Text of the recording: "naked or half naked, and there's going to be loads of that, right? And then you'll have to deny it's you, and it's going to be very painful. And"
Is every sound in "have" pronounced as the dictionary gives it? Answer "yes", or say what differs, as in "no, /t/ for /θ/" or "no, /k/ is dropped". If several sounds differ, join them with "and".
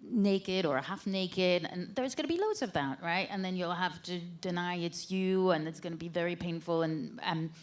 no, /f/ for /v/